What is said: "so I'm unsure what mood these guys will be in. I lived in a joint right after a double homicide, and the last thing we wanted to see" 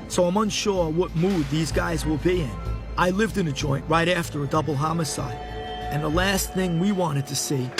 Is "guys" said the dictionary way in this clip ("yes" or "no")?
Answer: yes